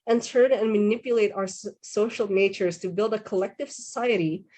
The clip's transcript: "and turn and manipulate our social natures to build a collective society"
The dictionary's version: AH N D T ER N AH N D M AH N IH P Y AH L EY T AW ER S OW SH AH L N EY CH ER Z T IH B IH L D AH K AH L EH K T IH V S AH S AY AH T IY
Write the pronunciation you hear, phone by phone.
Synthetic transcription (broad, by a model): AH N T ER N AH N M AH N IH P Y AH L EY T AW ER S OW SH L N EY CH ER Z T IH B IH L D AH K AH L EH K T IH V S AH S AY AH T IY